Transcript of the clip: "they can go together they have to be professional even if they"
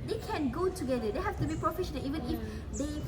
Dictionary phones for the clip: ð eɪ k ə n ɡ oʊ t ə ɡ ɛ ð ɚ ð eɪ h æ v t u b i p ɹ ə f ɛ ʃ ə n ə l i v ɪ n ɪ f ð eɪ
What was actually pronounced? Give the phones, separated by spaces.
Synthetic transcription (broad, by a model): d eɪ k ə n ɡ oʊ t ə ɡ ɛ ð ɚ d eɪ h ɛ f t u b i p ɹ ə f ɛ ʃ ə n ə l i v ɪ n ɪ f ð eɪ